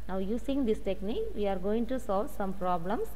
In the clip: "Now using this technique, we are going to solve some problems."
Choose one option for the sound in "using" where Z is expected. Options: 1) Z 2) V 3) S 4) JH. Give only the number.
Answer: 3